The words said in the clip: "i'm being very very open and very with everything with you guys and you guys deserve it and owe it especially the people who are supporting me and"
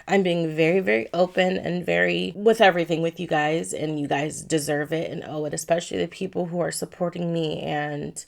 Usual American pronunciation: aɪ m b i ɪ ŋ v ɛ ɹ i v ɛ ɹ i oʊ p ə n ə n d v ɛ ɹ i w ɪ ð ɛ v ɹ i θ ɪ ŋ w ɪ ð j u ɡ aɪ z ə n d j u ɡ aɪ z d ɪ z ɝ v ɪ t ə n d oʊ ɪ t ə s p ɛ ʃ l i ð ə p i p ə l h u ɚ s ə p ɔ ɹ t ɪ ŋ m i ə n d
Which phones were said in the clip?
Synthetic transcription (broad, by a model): aɪ m b i ɪ ŋ v ɛ ɹ i v ɛ ɹ i oʊ p ə n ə n v ɛ ɹ i w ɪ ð ɛ v ɹ i θ ɪ ŋ w ɪ ð j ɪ ɡ aɪ z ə n j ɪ ɡ aɪ z d ɪ z ɝ v ɪ t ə n oʊ ɪ t ə s p ɛ ʃ l i ð ə p i p l h u ɚ s ə p ɔ ɹ t ɪ ŋ m i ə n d